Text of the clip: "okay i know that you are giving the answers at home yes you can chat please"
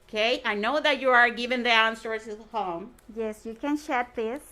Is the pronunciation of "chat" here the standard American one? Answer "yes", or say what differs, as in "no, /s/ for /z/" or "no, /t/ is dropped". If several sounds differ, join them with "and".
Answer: no, /ʃ/ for /tʃ/